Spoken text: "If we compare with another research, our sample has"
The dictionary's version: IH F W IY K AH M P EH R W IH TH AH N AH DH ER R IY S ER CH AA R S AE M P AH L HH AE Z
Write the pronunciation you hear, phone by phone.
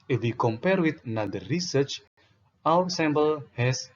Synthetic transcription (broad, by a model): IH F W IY K AH M P EH R W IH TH N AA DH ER R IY S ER CH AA W S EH M B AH L HH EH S